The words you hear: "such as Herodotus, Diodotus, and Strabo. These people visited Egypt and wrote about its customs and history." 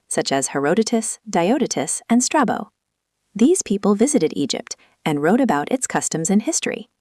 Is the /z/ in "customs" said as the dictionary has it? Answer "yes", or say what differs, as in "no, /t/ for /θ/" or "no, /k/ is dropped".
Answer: yes